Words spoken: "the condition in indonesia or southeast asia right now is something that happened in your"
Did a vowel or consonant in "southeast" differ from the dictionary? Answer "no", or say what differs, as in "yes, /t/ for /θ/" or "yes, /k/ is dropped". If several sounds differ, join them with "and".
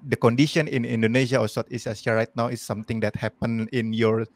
yes, /t/ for /θ/ and /t/ is dropped